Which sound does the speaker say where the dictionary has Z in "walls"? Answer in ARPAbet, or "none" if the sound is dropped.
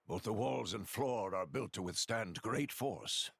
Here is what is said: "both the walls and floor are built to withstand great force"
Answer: Z